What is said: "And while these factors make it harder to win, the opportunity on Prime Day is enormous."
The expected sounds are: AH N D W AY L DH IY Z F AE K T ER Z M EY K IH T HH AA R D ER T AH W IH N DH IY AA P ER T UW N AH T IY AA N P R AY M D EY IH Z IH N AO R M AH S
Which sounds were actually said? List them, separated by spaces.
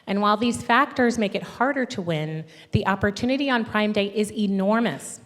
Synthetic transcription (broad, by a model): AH N W AY L DH IY Z F AE K T ER Z M EY K IH T HH AA R D ER T AH W IH N DH IY AA P ER T UW N AH T IY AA N P R AY M D EY IH Z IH N AO R M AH S